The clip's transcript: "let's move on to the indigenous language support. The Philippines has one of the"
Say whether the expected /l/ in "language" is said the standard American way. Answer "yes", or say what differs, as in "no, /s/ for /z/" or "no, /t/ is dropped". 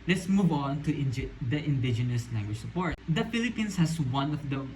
no, /n/ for /l/